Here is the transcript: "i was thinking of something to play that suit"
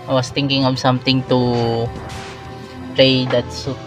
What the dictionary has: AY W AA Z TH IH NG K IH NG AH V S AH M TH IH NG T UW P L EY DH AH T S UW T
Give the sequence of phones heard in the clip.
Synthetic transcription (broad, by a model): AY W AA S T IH NG K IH NG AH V S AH M T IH NG T UW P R EY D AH T S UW